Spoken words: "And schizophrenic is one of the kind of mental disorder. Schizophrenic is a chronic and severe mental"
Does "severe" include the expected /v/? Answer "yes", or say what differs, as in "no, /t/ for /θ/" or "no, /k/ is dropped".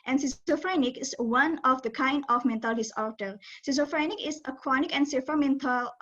no, /f/ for /v/